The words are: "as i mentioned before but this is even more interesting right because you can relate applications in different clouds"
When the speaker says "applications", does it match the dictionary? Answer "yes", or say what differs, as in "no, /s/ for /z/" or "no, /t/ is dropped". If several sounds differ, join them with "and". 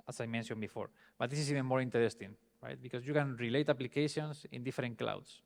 no, /s/ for /z/